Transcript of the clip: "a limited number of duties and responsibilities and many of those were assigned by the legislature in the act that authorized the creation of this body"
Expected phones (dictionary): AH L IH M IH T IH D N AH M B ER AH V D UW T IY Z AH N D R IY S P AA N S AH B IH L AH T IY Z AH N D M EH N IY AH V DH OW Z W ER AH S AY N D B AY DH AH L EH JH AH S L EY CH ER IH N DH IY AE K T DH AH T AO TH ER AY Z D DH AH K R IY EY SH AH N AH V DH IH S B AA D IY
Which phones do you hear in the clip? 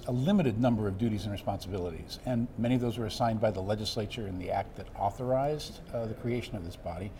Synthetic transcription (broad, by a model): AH L IH M IH T IH D N AH M B ER AH V D UW T IY Z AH N R IY S P AA N S AH B IH L AH T IY Z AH N M EH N IY AH V DH OW Z W ER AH S AY N B AY DH AH L EH JH AH S L EY CH ER IH N DH IY AE K T DH AH T AO TH ER AY Z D DH AH K R IY EY SH AH N AH V DH IH S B AA D IY